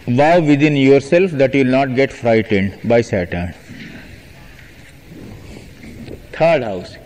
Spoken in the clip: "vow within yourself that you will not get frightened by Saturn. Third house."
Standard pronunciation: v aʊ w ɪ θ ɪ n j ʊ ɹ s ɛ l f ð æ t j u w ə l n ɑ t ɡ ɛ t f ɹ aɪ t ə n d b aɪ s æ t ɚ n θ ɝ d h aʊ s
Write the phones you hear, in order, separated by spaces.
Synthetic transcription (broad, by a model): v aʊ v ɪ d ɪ n j ʊ ɹ s ɛ l f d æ t j u l n ɑ t ɡ ɛ t f ɹ aɪ t ə n d b aɪ s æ t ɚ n t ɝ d h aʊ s